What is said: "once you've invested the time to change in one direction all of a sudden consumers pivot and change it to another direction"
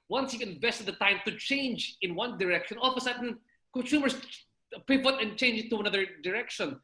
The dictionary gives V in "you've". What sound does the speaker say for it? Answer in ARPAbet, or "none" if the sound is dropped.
none